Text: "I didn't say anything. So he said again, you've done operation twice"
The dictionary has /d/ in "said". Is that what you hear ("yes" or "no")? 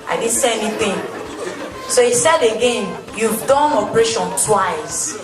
yes